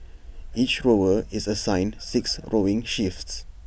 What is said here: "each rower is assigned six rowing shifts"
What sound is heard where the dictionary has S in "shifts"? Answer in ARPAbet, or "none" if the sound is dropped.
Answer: S